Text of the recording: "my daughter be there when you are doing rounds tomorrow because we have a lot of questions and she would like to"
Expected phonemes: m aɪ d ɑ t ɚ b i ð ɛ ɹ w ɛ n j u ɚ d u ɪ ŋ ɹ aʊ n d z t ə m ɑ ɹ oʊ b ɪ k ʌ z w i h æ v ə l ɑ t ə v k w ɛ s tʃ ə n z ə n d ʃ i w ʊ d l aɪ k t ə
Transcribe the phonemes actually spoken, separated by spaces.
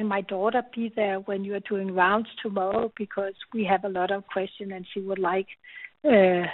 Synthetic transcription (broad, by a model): m aɪ d ɑ t ɚ b i ð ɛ ɹ w ɛ n j u ɚ d u ɪ ŋ ɹ aʊ n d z t ə m ɑ ɹ oʊ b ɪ k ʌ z w i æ v ə l ɑ t ə v k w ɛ s tʃ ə n ə n ʃ i w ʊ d l aɪ k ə